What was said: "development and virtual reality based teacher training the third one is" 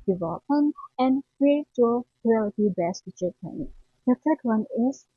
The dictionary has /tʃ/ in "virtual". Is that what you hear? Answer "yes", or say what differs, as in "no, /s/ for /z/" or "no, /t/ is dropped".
no, /tʃ/ is dropped